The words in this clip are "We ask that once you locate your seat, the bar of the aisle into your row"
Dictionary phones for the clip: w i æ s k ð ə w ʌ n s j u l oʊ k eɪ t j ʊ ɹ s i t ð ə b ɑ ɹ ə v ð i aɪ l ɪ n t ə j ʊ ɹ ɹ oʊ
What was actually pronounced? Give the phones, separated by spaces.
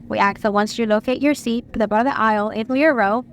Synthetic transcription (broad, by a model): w i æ k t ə w ʌ n s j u l oʊ k eɪ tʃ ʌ ɹ s i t ð ə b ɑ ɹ ə v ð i aɪ l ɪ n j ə ɹ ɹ oʊ